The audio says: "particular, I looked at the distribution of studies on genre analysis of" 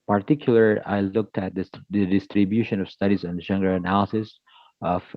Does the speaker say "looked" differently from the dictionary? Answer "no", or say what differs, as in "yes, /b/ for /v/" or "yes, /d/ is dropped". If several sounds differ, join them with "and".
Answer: no